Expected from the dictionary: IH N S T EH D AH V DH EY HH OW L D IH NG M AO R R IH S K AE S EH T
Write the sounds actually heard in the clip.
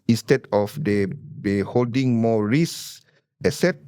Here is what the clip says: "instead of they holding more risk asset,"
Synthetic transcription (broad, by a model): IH N S T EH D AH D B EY HH OW L D IH NG M AO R R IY S EH S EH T